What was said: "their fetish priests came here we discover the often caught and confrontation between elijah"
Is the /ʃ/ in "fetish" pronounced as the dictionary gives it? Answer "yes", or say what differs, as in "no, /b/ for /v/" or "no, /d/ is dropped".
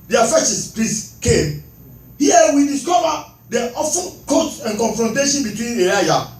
no, /s/ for /ʃ/